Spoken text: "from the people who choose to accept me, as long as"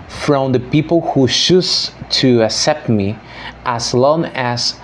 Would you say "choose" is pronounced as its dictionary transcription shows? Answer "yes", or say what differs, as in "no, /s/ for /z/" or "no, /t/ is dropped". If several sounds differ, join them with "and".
no, /ʃ/ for /tʃ/